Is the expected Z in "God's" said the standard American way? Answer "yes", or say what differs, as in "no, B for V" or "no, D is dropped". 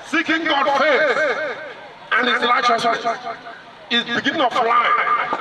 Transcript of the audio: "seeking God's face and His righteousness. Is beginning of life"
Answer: no, Z is dropped